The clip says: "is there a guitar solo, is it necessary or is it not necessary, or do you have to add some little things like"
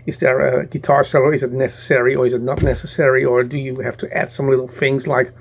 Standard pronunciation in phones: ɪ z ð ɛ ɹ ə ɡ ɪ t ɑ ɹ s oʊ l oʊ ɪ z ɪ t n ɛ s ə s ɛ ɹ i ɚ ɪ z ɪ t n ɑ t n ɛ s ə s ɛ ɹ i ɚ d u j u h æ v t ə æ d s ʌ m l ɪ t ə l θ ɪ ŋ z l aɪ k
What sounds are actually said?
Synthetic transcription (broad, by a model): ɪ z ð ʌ ɹ ə ɡ ɪ t ɑ ɹ s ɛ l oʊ ɪ z ɪ t n ɛ s ə s ɛ ɹ i ɚ ɪ z ɪ t n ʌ t n ɛ s ə s ɛ ɹ i ɚ d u j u h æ f t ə æ d s ʌ m l ɪ t l θ ɪ ŋ z l aɪ k